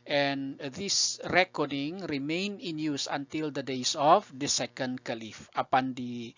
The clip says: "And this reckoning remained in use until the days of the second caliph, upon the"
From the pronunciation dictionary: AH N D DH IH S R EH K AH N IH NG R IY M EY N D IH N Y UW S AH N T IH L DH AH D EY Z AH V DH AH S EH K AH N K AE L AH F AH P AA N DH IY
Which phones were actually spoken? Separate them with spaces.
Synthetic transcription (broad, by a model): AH N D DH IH S R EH K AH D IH NG R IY M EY N IH N Y UW S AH N T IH L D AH D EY S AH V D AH S EH K AH N K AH L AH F AH P AA N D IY